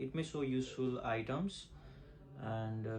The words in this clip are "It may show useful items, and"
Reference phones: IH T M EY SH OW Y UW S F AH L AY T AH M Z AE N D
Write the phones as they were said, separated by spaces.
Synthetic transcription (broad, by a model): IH T M EY S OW Y UW S F AH L AY T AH M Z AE N D